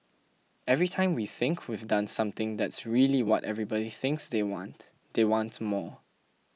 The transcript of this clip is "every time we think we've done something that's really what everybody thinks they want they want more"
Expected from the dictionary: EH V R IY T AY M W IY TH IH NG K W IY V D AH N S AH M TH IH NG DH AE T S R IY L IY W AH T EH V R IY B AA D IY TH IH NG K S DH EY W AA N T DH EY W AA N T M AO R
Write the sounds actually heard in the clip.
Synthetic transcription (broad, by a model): EH V R IY T AY M W IY TH IH NG K W IY V D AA N S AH M T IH NG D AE T S R IY L IY W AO T EH V R IY B AA D IY TH IH NG K S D EY W AA N T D EY W AA N T M AO